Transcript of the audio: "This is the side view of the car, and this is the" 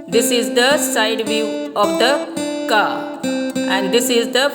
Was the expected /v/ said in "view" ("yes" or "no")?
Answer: yes